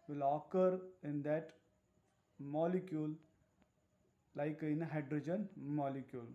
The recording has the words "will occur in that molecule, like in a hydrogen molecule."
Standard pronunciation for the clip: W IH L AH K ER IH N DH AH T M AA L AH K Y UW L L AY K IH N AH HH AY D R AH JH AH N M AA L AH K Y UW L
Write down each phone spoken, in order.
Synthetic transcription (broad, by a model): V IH L AH K ER IH N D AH T M AA L AH K Y UW L L AY K IH N AH HH AY D R AH JH AH N M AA L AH K Y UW L